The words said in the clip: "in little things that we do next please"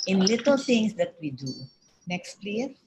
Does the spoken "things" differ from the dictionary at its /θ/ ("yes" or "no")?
yes